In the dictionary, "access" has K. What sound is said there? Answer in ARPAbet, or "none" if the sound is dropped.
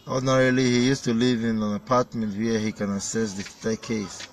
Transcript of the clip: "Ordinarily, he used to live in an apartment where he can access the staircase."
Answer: none